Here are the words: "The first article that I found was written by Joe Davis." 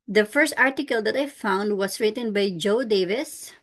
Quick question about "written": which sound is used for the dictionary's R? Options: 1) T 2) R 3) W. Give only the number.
2